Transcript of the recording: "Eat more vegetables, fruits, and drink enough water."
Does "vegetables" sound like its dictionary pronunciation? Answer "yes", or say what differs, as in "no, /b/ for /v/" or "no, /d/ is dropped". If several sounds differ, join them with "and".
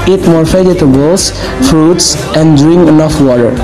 no, /f/ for /v/ and /s/ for /z/